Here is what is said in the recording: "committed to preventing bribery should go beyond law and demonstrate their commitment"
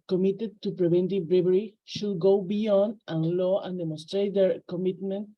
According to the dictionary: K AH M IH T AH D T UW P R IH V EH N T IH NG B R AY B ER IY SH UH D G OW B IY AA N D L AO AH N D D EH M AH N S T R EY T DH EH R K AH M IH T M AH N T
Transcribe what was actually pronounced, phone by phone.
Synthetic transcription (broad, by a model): K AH M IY T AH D T UW P R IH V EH N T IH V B R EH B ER IY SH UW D G OW B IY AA N D L AO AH N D D EH M AH N S T R EY T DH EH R K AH M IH T M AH N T